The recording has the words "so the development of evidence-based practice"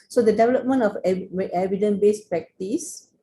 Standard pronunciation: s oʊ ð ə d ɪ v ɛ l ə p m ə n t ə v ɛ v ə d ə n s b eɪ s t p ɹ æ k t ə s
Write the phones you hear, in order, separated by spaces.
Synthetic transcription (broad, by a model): s oʊ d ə d ɪ v ɛ l ə p m ə n t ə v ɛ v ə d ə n b eɪ s p ɹ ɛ k t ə s